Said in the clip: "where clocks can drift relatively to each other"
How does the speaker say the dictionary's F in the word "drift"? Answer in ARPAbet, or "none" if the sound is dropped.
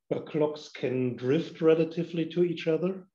F